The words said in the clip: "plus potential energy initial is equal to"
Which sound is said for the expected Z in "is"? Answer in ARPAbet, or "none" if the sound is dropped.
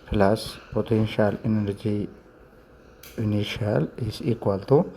S